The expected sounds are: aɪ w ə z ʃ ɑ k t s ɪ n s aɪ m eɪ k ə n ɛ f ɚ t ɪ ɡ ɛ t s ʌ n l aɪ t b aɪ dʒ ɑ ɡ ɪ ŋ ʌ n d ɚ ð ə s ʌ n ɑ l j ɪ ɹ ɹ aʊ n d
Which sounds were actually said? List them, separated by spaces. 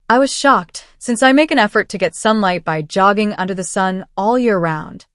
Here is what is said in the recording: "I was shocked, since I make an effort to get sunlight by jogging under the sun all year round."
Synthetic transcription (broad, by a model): aɪ w ə z ʃ ɑ k t s ɪ n s aɪ m eɪ k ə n ɛ f ɚ t ɪ ɡ ɛ t s ʌ n l aɪ t b aɪ dʒ ɑ ɡ ɪ ŋ ʌ n d ɚ ð ə s ʌ n ɑ l j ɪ ɹ ɹ aʊ n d